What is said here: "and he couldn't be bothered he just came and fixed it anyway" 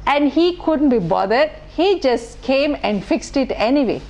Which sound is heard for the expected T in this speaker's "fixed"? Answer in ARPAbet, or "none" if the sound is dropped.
T